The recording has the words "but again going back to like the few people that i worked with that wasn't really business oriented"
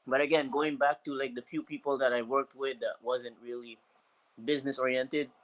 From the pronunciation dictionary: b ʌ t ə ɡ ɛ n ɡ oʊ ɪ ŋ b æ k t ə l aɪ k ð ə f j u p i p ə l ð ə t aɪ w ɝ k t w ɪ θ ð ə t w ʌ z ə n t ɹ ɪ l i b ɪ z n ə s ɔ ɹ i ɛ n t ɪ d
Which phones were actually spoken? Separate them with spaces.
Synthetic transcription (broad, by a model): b ʌ t ə ɡ ɛ n ɡ oʊ ɪ ŋ b æ k t ə l aɪ k ð ə f j u p i p l ð ə t aɪ w ɝ k t w ɪ ð ə t w ʌ z ə n t ɹ ɪ l i b ɪ z n ə s ɔ ɹ i ɛ n t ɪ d